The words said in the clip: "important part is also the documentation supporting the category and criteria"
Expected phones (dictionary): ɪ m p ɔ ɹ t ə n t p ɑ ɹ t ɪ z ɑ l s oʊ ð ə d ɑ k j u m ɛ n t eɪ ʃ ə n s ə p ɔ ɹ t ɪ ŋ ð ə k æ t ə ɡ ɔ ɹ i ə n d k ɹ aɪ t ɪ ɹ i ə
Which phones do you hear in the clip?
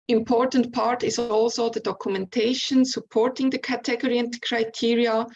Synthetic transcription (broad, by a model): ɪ m p ɔ ɹ t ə n t p ɑ ɹ t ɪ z ɑ l s oʊ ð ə d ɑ k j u m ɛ n t eɪ ʃ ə n s ə p ɔ ɹ t ɪ ŋ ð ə k æ t ə ɡ ɔ ɹ i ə n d k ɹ aɪ t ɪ ɹ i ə